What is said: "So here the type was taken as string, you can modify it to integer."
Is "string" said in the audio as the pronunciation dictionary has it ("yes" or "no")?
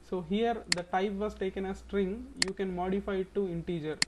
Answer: yes